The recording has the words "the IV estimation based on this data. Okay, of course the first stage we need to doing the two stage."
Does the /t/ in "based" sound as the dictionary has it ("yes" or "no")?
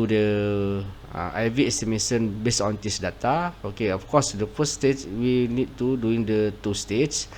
no